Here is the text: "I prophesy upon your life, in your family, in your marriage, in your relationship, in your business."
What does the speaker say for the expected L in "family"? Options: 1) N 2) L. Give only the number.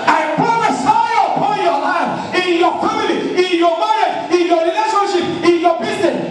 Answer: 1